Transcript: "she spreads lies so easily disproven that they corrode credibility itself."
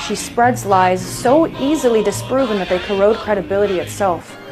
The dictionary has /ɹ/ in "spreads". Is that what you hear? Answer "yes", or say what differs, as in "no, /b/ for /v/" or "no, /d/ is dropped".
yes